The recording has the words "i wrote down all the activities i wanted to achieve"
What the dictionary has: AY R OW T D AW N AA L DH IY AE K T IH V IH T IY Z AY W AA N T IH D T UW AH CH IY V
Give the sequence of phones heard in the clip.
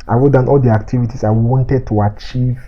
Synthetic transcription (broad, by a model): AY W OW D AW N AA L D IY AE K T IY V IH T IY S AY W AA N T IH D T UW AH CH IY V